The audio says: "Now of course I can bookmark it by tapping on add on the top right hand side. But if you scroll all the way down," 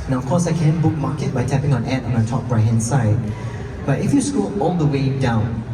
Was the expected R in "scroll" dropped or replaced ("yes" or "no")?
yes